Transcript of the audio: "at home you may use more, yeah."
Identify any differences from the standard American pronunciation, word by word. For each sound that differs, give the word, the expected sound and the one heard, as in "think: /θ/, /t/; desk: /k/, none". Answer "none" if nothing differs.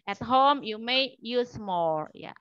more: /ɹ/, /l/